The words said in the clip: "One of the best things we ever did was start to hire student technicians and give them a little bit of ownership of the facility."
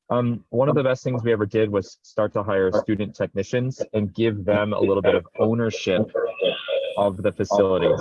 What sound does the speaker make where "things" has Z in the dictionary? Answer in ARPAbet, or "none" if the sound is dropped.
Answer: Z